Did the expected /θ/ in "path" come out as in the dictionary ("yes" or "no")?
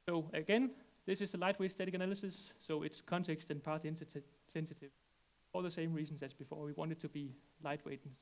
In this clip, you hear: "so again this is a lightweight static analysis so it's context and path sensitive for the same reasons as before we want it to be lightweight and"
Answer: no